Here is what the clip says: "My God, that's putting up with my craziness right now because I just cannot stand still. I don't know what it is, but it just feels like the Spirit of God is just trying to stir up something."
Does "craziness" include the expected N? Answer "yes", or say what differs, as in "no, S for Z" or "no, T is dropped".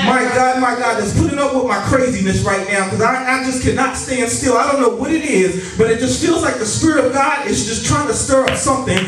yes